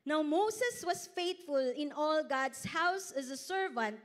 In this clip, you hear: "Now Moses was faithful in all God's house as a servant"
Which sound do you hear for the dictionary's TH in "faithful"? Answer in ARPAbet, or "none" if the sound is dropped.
T